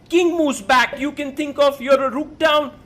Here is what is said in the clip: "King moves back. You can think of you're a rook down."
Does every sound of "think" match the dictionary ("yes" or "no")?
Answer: no